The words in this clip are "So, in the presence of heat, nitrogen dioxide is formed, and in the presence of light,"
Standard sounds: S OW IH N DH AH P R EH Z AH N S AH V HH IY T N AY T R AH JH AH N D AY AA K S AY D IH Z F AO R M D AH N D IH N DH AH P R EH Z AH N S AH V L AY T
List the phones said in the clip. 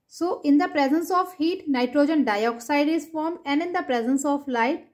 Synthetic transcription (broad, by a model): S OW IH N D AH P R EH Z AH N S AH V HH IY T N AY T R AH JH AH N D AY AA K S AY D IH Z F AO R M AH N D IH N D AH P R EH Z AH N S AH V L AY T